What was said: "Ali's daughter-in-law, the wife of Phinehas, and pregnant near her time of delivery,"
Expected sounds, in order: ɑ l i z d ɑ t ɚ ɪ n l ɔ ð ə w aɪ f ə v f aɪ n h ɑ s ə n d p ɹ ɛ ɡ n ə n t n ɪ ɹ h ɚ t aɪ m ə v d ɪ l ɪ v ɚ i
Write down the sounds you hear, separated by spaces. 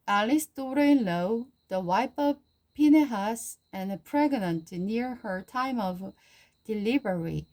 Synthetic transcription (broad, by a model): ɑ l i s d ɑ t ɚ ɪ n l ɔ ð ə w aɪ p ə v p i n h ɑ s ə n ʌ p ɹ ɛ ɡ n ə n t n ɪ ɹ h ɚ t aɪ m ə v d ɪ l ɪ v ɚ i